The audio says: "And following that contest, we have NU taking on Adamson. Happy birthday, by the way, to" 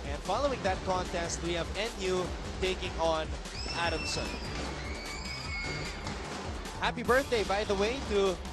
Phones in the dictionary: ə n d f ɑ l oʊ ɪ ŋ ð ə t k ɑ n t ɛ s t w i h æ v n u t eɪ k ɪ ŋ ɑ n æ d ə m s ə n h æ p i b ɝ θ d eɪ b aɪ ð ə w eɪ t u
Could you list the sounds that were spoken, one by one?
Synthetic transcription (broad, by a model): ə n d f ɑ l oʊ ɪ ŋ ð ə t k ɑ n t ɛ s t w i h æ v n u t eɪ k ɪ ŋ ɑ n æ d ə m s ə n h æ p i b ɝ θ d eɪ b aɪ ð ə w eɪ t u